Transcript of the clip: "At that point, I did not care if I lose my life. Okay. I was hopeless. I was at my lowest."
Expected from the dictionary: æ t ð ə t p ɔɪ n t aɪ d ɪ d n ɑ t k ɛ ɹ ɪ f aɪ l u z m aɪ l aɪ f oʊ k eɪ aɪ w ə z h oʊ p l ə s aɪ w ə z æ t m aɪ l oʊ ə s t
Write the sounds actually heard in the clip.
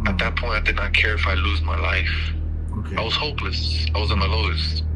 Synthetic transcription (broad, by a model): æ t ð ə t p ɔɪ n t aɪ d ɪ d n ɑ t k ɛ ɹ ɪ f aɪ l u z m aɪ l aɪ f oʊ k aɪ w ə z h oʊ p l ə s aɪ w ə z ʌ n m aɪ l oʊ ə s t